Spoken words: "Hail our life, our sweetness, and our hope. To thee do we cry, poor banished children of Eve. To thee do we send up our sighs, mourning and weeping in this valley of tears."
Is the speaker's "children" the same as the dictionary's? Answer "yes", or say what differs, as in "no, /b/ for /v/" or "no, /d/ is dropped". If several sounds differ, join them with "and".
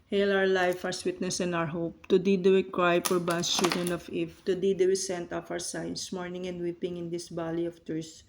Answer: yes